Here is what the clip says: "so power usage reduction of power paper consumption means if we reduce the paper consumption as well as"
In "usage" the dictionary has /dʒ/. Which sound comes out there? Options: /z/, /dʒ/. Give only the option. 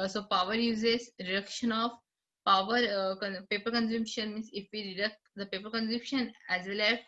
/z/